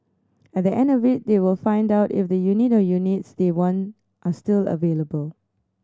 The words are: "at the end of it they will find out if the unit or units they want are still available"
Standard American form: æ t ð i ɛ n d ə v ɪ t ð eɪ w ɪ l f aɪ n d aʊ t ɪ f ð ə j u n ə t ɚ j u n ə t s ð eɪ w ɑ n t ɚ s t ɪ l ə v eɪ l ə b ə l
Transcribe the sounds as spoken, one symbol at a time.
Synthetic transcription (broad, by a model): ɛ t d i ɛ n d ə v ɪ t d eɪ w ɪ l f aɪ n d aʊ t ɪ f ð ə j u n ə t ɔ j u n ə t s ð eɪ w ɑ n t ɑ s t ɪ l ə v eɪ l ə b ə l